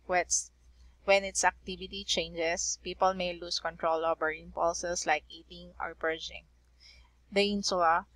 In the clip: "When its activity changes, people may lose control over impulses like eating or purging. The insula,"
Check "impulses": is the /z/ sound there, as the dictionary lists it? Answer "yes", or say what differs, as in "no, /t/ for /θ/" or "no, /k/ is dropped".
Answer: no, /s/ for /z/